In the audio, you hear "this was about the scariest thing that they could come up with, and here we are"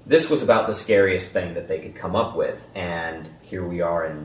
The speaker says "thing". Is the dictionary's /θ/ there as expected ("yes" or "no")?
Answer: yes